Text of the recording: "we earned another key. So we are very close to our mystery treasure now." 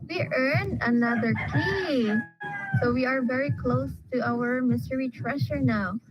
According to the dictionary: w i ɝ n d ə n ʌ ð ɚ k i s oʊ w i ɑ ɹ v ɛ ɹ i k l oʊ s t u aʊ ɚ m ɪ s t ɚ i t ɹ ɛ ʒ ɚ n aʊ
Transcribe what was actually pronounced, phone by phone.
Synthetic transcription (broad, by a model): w i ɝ n ə n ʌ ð ɚ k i s oʊ w i ɑ ɹ v ɛ ɹ i k l oʊ s t u aʊ ɚ m ɪ s t ɚ i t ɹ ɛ ʃ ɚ n aʊ